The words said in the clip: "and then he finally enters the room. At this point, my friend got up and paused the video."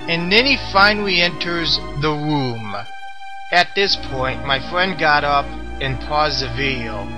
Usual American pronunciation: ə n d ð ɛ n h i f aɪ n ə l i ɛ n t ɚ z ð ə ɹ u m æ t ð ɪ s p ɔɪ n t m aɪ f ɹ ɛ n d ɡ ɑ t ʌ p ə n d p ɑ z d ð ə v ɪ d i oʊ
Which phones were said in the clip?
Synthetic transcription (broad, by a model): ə n ð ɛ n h i f aɪ n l i ɛ n t ɚ z ð ə ɹ u m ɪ t ð ɪ s p ɔɪ n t m aɪ f ɹ ɛ n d ɡ ɑ t ʌ p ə n p ɑ z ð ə v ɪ d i oʊ